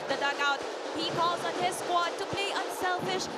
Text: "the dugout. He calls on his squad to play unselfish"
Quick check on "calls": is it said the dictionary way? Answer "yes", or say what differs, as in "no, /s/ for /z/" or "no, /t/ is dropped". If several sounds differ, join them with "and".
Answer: yes